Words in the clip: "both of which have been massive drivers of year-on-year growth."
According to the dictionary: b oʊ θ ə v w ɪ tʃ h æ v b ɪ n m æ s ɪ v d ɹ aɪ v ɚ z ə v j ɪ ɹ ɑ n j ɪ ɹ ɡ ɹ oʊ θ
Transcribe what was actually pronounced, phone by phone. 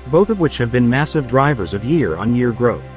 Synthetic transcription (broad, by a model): b oʊ θ ə v w ɪ tʃ h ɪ v b ɪ n m æ s ɪ v d ɹ aɪ v ɚ z ə v j ɪ ɹ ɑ n j ɪ ɹ ɡ ɹ oʊ θ